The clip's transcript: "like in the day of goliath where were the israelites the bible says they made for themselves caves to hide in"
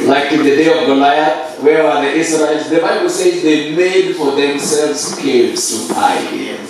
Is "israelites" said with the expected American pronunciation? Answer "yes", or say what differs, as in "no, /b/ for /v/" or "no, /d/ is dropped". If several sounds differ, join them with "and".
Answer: no, /l/ is dropped